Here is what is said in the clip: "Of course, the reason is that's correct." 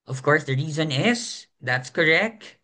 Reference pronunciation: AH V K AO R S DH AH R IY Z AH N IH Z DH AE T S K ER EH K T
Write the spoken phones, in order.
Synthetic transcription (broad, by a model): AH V K AO R S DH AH R IY Z AH N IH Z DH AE T S K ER EH K T